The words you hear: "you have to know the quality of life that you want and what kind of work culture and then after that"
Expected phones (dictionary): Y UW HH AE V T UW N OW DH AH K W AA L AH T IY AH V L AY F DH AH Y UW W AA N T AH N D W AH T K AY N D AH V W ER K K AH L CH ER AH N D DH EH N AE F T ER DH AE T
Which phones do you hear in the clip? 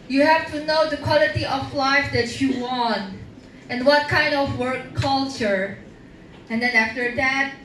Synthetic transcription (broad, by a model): Y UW HH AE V T UW N OW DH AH K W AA L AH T IY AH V L AY F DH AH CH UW W AA N T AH N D W AH T K AY N D AH V W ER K K AH L CH ER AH N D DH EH N AE F T ER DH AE T